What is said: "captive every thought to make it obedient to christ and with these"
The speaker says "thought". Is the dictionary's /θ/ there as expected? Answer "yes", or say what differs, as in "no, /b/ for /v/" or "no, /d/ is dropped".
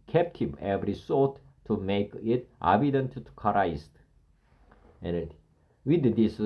no, /s/ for /θ/